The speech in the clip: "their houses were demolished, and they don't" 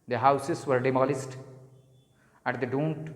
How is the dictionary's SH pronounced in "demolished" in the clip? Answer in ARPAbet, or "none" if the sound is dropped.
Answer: S